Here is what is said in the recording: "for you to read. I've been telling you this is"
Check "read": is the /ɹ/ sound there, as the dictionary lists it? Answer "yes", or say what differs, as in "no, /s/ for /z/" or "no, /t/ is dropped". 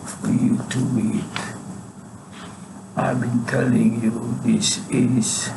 no, /w/ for /ɹ/